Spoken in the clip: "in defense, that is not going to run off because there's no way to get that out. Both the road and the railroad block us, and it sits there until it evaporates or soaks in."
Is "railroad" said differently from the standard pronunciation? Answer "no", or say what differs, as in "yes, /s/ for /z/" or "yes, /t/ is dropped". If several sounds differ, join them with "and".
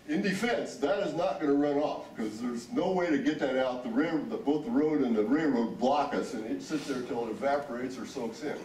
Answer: yes, /l/ is dropped